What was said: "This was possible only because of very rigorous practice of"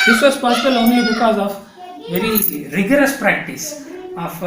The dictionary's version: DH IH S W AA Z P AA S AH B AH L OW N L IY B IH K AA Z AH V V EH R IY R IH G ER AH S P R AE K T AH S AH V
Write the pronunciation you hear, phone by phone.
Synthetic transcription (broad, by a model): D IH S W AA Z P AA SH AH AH L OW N IY B IH K AA Z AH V V EH R IY R IH G ER AH S P R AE K T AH S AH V